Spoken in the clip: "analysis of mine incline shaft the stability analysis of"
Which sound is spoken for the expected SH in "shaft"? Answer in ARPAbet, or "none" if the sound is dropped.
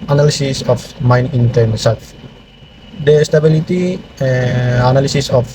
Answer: S